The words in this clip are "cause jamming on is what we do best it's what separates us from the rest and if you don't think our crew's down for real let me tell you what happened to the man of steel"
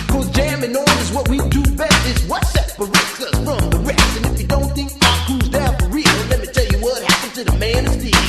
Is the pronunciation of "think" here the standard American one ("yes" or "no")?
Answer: yes